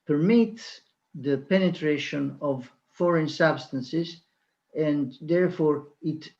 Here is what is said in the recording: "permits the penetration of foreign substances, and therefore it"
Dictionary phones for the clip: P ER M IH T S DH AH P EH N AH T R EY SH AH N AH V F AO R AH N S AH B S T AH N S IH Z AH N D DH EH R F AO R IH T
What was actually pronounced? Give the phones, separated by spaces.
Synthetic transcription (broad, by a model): P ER M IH T S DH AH P EH N AH T R EY SH AH N AH V F AO R AH N S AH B S T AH N S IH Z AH N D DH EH R F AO R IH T